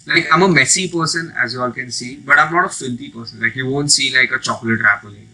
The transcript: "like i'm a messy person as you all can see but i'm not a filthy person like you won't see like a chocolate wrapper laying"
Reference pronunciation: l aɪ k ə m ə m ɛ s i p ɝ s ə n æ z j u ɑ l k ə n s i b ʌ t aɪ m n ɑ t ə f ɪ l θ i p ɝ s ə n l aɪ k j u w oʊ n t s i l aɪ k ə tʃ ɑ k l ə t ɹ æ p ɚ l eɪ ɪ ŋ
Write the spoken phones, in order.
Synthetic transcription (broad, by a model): l aɪ k ə m ə m ɛ s i p ɝ s ə n æ z j u ɑ l k ə n s i b ʌ t aɪ m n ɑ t ə f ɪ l t i p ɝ s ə n l aɪ k j u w oʊ n t s i l aɪ k ə tʃ ɑ k l ə t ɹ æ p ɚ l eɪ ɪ